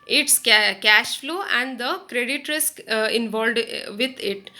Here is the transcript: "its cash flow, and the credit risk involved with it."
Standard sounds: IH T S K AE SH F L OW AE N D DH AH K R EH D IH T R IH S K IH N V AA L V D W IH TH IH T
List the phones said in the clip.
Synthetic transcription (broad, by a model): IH T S K AE SH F L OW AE N D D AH K R EH D IH T R IH S K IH N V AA L D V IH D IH T